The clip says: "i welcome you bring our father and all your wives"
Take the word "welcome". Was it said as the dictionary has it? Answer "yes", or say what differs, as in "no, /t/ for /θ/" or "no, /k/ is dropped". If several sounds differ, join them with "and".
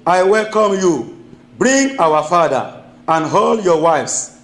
yes